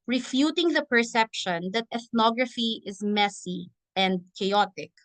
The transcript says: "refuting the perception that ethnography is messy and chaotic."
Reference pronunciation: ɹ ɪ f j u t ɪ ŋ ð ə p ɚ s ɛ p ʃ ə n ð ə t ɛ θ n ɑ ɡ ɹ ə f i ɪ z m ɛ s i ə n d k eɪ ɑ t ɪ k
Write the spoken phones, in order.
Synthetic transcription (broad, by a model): ɹ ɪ f j u t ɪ ŋ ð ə p ɚ s ɛ p ʃ ə n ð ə t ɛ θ n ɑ ɡ ɹ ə f i ɪ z m ɛ s i ə n d k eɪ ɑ t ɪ k